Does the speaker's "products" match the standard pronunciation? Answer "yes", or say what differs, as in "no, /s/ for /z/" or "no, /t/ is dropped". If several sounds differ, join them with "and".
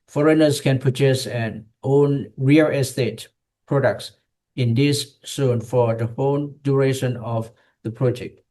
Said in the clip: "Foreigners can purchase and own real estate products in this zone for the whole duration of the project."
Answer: yes